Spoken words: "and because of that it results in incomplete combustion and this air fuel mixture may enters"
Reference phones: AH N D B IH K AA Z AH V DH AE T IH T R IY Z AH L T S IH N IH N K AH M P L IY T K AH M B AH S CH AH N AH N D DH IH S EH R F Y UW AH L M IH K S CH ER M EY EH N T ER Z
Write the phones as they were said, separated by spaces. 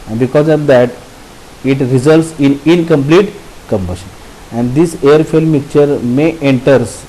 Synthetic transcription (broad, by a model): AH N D B IH K AA Z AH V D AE T IH T R IY Z AH L T S IH N IH N K AH M P L IY T K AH M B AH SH AH N AH N D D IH S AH R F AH L M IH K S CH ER M EY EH N T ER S